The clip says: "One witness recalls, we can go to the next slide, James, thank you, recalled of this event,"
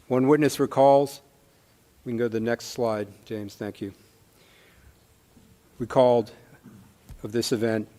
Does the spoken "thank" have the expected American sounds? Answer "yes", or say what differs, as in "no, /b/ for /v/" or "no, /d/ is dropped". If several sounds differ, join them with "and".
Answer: yes